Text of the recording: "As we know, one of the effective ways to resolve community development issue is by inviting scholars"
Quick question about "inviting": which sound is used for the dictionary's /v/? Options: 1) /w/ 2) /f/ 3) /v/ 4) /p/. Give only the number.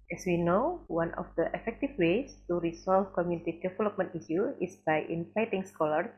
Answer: 2